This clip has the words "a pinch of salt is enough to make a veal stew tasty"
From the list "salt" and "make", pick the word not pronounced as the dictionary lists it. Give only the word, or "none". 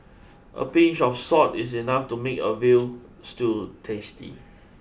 salt